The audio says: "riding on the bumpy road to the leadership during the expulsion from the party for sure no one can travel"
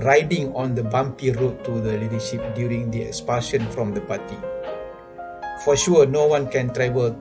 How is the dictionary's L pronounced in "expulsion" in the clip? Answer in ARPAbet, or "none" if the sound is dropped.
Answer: none